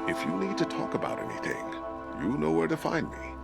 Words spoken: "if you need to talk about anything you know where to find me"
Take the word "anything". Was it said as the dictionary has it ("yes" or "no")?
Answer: yes